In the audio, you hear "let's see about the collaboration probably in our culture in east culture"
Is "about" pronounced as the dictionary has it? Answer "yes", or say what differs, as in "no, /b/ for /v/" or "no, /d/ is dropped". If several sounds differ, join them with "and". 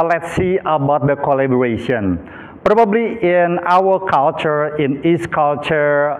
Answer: yes